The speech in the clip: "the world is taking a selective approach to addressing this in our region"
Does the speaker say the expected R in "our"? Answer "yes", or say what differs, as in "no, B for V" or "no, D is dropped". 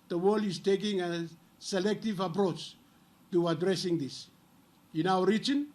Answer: no, W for R